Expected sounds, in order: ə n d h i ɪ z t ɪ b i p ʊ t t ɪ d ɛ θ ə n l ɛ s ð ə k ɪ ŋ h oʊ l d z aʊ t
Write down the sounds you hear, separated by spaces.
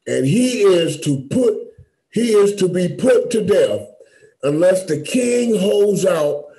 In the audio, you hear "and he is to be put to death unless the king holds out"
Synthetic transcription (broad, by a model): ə n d h i ɪ z t ɪ b i p ʊ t t ɪ d ɛ θ ə n l ɛ s ð ə k ɪ ŋ h oʊ l d z aʊ t